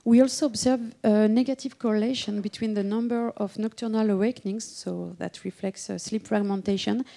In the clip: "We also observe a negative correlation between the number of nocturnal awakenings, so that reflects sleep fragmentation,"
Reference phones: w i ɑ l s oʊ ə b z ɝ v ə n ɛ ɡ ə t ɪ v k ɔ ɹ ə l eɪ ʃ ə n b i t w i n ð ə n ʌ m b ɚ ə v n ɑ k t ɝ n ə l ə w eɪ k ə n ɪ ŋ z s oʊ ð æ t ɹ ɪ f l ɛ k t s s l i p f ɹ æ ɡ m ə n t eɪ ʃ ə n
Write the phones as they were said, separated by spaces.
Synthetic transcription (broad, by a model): w i ɑ l s oʊ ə b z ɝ v ə n ɛ ɡ ə t ɪ v k ɔ ɹ ə l eɪ ʃ ə n b i t w i n ð ə n ʌ m b ɚ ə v n ɑ k t ɝ n ə l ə w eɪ k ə n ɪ ŋ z s oʊ ð æ t ɹ ɪ f l ɛ k t s s l i p f ɹ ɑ ɡ m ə n t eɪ ʃ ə n